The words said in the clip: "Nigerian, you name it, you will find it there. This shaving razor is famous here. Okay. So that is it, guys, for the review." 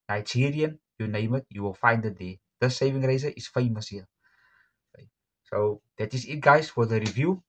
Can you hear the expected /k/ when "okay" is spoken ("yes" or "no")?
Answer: no